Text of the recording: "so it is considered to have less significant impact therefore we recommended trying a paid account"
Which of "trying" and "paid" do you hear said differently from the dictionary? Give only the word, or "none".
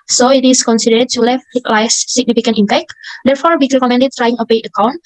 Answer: paid